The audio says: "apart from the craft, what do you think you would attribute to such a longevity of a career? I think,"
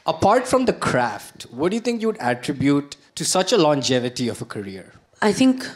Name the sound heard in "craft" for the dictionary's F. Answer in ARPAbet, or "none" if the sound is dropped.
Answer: F